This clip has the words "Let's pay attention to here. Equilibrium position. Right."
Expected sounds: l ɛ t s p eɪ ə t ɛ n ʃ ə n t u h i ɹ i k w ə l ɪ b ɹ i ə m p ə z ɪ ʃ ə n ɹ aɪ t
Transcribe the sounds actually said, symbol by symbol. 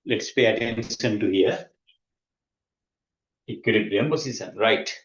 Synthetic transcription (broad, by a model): l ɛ t s p eɪ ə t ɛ n s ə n t u h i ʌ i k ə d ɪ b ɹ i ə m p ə s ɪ s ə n ɹ aɪ t